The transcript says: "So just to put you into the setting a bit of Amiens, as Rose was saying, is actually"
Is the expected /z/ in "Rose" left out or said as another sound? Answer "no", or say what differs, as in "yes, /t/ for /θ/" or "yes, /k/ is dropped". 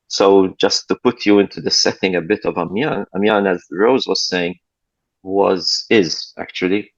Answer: no